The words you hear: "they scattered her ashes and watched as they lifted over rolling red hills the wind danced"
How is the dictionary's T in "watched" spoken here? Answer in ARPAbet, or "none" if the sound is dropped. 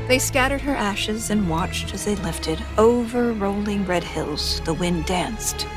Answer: T